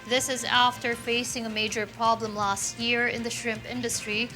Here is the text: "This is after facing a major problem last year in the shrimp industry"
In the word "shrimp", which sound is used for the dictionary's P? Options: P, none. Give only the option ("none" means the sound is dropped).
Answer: P